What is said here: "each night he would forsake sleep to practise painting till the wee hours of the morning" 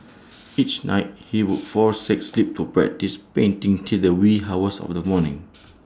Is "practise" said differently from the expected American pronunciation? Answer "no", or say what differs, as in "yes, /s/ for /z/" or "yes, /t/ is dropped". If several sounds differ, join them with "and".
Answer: yes, /b/ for /p/